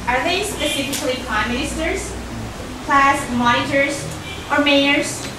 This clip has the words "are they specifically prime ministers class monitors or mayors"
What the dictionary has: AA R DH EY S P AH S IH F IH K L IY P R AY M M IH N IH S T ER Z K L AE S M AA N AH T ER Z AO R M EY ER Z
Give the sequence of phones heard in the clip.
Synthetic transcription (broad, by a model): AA R DH EY S P AH S IH F IH K L IY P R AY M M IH IH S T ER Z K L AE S M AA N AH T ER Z AO R M EY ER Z